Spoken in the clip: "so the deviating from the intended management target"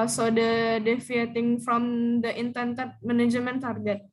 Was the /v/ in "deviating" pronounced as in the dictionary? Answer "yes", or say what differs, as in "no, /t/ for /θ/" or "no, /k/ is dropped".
no, /f/ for /v/